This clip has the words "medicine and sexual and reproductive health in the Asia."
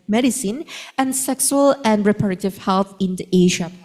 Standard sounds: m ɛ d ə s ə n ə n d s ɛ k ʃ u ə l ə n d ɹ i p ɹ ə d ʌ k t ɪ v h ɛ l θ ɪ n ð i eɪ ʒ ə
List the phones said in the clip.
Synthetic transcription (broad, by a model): m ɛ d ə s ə n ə n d s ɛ k s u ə l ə n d ɹ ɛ p ə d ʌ t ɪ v h ɛ l θ ɪ n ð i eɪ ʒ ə